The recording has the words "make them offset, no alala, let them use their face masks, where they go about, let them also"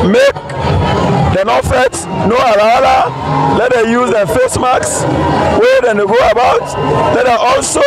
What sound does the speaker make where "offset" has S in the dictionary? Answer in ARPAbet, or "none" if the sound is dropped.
none